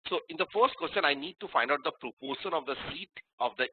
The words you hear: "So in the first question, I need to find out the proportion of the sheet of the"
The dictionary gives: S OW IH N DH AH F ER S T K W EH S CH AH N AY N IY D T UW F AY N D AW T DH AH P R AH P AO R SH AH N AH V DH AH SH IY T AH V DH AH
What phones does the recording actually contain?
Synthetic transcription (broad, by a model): S OW IH N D AH F ER S T K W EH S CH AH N AY N IY D T UW F AY N D AW T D AH P R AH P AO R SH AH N AH V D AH S IY T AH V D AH